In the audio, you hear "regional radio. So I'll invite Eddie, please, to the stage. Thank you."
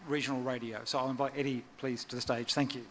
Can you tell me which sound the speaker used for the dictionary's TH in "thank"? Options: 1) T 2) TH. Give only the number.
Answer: 2